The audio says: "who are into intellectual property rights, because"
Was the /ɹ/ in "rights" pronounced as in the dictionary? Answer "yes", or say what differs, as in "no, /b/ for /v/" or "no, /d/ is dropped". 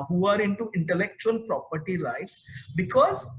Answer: no, /l/ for /ɹ/